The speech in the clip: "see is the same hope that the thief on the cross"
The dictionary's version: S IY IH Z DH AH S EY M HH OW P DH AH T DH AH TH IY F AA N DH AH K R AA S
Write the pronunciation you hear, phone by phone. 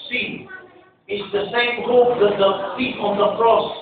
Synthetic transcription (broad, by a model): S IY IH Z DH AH S EY M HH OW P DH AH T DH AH F IY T AA N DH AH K R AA S